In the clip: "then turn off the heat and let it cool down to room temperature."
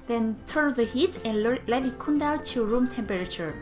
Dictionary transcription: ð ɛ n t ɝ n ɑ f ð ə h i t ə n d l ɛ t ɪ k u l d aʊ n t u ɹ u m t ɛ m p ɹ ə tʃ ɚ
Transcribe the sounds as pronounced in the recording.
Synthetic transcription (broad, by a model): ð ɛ n t ɝ n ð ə h i t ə n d l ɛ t ɪ k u n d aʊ t u ɹ u m t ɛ m p ɹ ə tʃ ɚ